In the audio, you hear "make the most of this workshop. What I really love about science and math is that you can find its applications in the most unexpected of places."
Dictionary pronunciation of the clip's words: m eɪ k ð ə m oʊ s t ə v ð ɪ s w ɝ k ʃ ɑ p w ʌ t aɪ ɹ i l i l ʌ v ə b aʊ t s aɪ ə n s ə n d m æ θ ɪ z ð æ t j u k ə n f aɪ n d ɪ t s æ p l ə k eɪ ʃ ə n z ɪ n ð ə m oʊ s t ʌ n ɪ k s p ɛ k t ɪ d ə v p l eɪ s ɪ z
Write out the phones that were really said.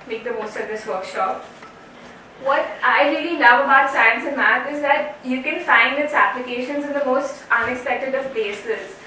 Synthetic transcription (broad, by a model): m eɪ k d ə m oʊ s t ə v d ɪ s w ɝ k ʃ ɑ p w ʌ t aɪ ɹ i l i n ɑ ə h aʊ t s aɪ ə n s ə m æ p ɪ z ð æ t j u k ə n f aɪ n d ɪ t s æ p l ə k eɪ ʃ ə n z ɪ n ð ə m oʊ s t ʌ n ɪ k s p ɛ k t ɪ d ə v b eɪ s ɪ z